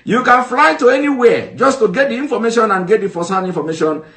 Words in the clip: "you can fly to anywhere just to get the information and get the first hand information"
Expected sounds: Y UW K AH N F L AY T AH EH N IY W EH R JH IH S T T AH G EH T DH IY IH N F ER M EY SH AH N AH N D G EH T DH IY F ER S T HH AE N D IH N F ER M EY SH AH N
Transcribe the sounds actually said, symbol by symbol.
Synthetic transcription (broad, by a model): Y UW K AH N F L AY T AH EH N IY W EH JH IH S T T AH G EH T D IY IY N F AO M EY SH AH N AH N G EH T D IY F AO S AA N IY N F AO M EY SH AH N